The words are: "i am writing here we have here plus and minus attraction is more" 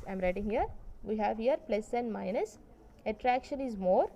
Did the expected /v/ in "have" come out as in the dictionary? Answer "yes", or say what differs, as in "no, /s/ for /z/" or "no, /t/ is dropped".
yes